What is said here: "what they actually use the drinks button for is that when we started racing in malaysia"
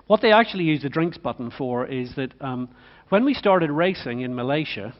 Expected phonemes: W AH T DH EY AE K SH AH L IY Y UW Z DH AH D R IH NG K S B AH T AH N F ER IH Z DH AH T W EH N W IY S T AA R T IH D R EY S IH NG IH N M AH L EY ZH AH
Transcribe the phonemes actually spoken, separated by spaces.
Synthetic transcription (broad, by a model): W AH T DH EY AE K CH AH L IY Y UW Z DH AH D R IH NG K S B AH T N F ER IH Z DH AH T W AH N W IY S T AA R T IH D R EY S IH NG IH N M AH L EY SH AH